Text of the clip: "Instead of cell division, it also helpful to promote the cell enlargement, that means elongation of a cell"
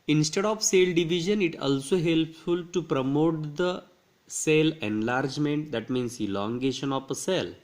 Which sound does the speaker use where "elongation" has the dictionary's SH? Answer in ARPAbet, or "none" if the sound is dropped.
SH